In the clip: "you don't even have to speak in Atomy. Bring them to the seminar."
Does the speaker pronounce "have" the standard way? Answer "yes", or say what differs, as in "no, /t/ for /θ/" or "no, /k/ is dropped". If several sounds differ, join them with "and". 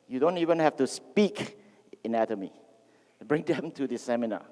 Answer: no, /f/ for /v/